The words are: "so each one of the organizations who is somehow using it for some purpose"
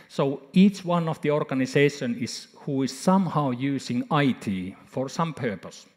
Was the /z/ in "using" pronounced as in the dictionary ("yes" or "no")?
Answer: no